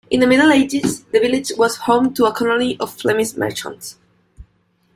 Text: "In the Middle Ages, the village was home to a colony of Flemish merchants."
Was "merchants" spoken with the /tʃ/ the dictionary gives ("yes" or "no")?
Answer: yes